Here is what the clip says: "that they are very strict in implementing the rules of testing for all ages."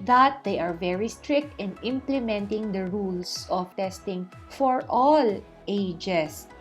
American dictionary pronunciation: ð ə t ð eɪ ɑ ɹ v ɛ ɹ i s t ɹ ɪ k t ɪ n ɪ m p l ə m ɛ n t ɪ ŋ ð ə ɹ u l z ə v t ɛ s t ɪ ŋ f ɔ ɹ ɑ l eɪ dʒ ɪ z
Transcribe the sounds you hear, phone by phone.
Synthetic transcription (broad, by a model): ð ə t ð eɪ ɑ ɹ v ɛ ɹ i s t ɹ ɪ k t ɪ n ɪ m p l ə m ɛ n t ɪ ŋ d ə ɹ u l s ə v t ɛ s t ɪ ŋ f ɔ ɹ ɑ l eɪ dʒ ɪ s